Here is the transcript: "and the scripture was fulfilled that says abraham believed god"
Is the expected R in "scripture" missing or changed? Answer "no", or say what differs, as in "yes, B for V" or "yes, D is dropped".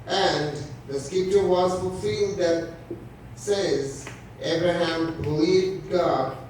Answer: yes, R is dropped